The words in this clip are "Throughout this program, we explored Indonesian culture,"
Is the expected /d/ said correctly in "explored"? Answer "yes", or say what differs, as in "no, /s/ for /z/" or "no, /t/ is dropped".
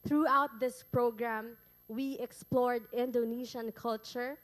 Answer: yes